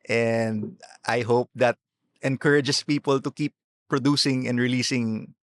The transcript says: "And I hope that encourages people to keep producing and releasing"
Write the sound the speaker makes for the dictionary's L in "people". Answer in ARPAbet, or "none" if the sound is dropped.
L